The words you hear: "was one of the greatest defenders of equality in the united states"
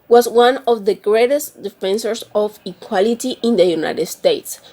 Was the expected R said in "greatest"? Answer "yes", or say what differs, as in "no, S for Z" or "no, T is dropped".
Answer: yes